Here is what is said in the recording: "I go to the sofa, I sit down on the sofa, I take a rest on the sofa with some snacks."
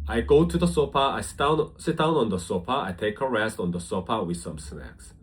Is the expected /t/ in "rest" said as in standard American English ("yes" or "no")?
yes